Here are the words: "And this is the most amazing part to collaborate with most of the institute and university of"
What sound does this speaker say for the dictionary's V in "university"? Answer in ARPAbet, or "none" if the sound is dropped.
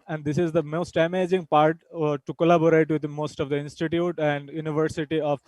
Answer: V